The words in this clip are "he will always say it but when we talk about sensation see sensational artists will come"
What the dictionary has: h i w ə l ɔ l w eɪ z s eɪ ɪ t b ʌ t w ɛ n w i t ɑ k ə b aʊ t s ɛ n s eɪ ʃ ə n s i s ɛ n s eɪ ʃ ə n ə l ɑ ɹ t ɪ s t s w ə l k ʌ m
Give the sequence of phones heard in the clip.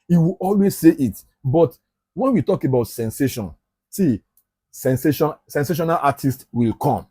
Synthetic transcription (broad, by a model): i w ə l ɔ l w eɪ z s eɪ ɪ t b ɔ t w ɛ n w i t ɑ k ə b aʊ t s ɛ n s eɪ ʃ ə n s i s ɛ n s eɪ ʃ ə n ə n ɑ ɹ t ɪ s t w ə l k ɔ m